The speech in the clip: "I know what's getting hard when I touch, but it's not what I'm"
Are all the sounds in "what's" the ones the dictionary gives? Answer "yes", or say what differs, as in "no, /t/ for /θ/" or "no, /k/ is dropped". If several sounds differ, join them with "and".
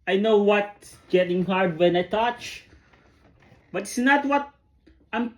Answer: no, /s/ is dropped